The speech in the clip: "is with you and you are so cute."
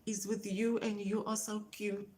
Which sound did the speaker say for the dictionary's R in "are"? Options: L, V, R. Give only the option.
L